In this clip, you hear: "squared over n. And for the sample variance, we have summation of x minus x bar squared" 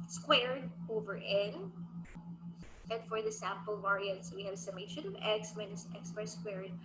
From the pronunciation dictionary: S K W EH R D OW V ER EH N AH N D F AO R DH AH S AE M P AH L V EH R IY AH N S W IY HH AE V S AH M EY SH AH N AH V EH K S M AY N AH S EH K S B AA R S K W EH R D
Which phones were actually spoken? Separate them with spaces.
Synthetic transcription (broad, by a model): S K W EH R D OW V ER EH N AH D F AO R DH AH S AE M P AH L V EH R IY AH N S W IY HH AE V S AH M EY SH AH N AH V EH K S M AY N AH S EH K S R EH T S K W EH R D